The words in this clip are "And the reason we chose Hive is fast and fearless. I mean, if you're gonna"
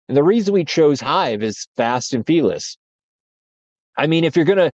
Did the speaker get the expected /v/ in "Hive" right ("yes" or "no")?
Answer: yes